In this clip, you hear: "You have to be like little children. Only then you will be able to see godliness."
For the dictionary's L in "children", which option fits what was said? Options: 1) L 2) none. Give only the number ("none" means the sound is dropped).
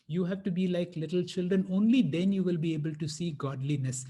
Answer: 1